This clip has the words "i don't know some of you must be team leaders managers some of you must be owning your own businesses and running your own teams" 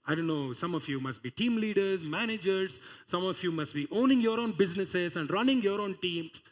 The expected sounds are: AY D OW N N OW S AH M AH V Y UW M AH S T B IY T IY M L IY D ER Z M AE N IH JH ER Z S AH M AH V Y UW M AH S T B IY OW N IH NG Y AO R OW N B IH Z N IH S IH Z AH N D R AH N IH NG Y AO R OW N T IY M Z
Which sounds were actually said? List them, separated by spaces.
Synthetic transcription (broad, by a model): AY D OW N N OW S AH M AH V Y UW M AH S T B IY T IY M L IY D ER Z M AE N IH JH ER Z S AH M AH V Y UW M AH S T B IY OW N IH NG Y AO R OW N B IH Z N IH S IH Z AH N D R AH N IH NG Y AO R OW N T IY M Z